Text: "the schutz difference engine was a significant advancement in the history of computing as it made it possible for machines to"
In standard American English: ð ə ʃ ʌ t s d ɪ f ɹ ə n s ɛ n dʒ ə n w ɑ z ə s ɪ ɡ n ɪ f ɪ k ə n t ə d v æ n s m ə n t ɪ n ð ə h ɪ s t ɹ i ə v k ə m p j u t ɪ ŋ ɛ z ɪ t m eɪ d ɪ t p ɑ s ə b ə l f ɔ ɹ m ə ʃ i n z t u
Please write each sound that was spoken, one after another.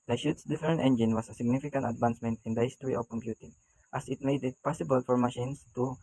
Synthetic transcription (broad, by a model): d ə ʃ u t s d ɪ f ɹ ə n ɛ n dʒ ə n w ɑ s ə s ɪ ɡ n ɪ f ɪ k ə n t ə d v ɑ n s m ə n t ɪ n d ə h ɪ s t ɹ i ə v k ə m p j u t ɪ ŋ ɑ s ɪ t m eɪ d ɪ t p ɑ s ə b ə l f ɔ ɹ m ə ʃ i n s t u